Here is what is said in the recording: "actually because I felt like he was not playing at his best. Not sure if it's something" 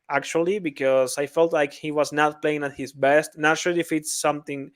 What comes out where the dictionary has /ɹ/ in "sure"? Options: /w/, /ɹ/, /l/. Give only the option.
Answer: /l/